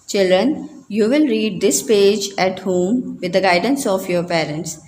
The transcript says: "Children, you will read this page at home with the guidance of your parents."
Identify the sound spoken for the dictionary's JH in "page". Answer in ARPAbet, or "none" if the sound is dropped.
JH